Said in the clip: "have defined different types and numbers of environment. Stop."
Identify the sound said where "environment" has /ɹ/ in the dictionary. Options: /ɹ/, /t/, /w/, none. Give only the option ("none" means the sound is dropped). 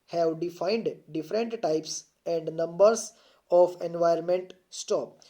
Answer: none